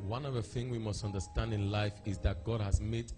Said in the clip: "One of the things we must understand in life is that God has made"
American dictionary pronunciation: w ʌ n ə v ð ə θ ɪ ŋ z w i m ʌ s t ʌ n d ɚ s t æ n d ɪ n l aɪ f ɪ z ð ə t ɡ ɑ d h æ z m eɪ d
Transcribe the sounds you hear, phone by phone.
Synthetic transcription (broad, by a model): w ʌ n ə v ð ə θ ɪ ŋ w i m ʌ s t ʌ n d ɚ s t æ n d ɪ n l aɪ f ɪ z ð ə t ɡ ɑ d h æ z m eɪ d